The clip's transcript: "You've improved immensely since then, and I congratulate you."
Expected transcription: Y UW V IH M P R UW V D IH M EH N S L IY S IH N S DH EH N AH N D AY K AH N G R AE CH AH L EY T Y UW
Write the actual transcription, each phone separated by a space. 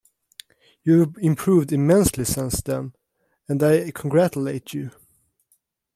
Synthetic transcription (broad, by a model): Y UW IH M P R UW V D IH M EH N S L IY S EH N S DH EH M AH N D AY K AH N G R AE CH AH L EY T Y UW